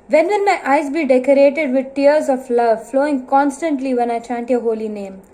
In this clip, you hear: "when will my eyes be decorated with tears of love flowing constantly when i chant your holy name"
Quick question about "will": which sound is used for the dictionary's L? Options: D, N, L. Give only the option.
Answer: N